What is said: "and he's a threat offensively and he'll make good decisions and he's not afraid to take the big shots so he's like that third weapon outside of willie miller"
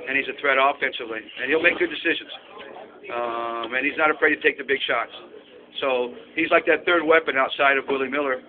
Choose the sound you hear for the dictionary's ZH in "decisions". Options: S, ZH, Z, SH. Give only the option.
ZH